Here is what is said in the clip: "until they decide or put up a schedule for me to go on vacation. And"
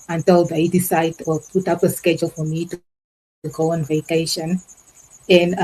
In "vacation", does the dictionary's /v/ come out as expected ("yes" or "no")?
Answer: yes